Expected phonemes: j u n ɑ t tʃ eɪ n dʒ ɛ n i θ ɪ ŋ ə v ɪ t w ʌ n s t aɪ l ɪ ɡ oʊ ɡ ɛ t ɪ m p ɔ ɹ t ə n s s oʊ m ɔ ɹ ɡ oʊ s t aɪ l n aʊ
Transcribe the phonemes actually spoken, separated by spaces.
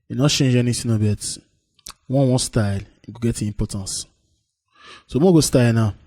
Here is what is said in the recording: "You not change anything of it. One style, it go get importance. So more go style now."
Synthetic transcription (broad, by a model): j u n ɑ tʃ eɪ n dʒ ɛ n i s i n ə b ɪ t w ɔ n s t aɪ l ɪ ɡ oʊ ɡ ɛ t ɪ m p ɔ t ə n s s oʊ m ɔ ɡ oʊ s t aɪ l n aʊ